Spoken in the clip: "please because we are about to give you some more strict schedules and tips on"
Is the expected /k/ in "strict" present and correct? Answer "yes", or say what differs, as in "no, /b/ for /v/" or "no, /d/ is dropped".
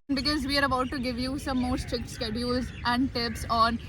yes